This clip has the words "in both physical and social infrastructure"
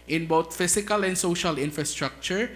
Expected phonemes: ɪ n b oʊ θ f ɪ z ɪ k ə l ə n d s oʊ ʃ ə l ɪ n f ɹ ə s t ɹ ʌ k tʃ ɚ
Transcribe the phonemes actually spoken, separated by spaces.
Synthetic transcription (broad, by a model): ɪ n b oʊ t f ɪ s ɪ k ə l ə n d s oʊ ʃ ə l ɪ n f ɹ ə s t ɹ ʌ k tʃ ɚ